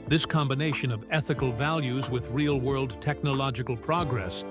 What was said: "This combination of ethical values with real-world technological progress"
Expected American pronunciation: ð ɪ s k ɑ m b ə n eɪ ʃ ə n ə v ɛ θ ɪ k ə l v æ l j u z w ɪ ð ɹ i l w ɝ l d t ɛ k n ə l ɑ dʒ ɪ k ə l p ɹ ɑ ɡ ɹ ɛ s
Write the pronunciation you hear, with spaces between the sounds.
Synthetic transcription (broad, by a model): ð ɪ s k ɑ m b ə n eɪ ʃ ə n ə v ɛ θ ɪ k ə l v æ l j u z w ɪ ð ɹ i l w ɝ l d t ɛ k n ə l ɑ dʒ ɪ k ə l p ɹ ɑ ɡ ɹ ɛ s